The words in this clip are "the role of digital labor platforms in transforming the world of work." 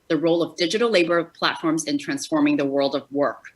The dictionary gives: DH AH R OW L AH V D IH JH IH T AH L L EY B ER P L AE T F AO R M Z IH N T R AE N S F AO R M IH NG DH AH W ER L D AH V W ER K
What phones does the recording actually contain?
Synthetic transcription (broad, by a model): DH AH R OW L AH V D IH JH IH T L L EY B ER P L AE T F AO R M Z IH N T R AE N S F AO R M IH NG DH AH W ER L D AH V W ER K